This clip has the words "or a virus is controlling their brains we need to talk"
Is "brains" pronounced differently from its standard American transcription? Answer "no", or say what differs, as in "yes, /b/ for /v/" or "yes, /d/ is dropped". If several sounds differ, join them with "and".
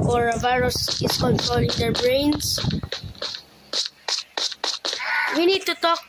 yes, /s/ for /z/